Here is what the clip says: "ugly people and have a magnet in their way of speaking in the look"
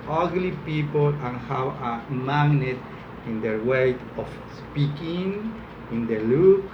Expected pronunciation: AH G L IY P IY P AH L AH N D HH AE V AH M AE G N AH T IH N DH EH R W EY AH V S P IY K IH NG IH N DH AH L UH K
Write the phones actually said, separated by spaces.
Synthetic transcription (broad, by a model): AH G L IY P IY P AH L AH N HH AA W AH M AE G N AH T IH N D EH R W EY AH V S P IY K IH NG IH N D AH L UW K